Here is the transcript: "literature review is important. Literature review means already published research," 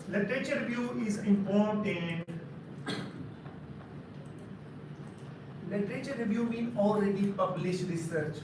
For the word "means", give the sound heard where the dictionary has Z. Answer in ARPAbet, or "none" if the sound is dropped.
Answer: none